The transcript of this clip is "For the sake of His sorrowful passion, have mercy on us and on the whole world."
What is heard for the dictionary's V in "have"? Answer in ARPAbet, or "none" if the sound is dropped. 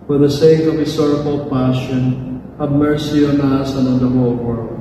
B